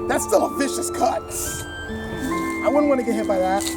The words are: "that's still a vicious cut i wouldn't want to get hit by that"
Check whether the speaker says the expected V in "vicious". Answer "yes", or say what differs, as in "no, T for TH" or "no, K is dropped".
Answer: yes